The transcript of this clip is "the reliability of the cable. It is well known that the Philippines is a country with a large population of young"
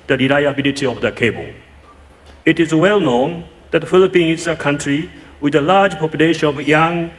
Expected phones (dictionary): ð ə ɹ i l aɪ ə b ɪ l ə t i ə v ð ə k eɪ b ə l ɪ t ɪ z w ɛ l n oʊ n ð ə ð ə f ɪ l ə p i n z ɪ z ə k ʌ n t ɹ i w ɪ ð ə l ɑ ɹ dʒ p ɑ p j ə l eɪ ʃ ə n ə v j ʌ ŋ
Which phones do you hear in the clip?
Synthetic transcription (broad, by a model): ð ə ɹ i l aɪ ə b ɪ l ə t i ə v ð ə k eɪ b ə l ɪ t ɪ z w ɛ l n oʊ n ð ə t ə f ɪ l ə p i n ɪ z ə k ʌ n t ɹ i w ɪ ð ə l ɑ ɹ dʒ p ɑ p j ə l eɪ ʃ ə n ə v j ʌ ŋ